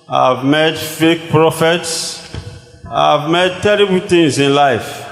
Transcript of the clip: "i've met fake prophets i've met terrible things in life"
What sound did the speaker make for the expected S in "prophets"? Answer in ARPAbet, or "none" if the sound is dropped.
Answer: S